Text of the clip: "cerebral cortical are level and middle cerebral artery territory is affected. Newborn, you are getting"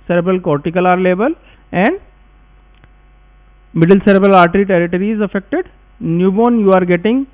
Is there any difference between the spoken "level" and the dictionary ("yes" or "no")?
yes